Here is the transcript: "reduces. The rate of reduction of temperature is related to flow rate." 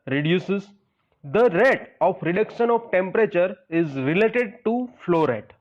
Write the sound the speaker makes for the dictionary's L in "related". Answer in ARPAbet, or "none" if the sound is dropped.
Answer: L